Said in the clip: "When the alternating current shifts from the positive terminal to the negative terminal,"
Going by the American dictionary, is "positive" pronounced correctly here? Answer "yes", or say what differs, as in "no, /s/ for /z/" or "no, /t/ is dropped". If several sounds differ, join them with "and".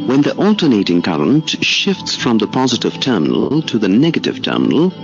yes